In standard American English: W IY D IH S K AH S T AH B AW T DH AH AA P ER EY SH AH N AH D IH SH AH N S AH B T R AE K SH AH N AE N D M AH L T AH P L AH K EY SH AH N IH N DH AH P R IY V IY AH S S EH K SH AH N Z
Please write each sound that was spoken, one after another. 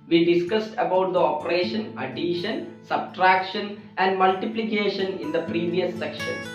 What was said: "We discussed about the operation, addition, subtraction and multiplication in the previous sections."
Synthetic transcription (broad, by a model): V IY D IH S K AH S T AH B AW T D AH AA P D EY SH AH N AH D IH SH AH N S AH B T R AE K SH AH N AE N D M AH L T AH P L AH K EY SH AH N IH N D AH P R IY V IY AH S S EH K SH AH N